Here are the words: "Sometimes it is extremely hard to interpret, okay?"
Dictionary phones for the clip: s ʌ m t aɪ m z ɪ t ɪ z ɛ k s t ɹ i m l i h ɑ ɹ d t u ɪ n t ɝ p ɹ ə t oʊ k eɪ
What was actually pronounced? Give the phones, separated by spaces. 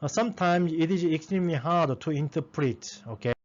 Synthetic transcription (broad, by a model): s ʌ m t aɪ m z ɪ t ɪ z ɛ k s t ɹ i m l i h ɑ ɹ d t u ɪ n t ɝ p ɹ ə t oʊ k eɪ